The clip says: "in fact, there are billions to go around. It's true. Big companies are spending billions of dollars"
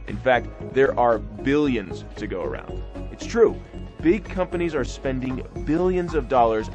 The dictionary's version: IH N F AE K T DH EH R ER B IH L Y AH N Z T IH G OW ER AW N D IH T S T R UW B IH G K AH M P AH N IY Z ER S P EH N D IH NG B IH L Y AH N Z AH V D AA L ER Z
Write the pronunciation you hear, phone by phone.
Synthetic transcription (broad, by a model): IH N F AE K T DH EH R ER B IH L Y AH N Z T IH G OW ER AW N D IH T S T R UW B IH G K AH M P AH N IY Z ER S P EH N D IH NG B IH L Y AH N Z AH V D AA L ER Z